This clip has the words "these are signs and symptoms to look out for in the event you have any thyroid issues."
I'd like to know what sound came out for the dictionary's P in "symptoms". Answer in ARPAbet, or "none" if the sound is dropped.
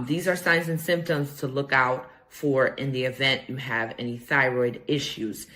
P